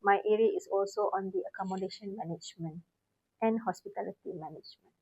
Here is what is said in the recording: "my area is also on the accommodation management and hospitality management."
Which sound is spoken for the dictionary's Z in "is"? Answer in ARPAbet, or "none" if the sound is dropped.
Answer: S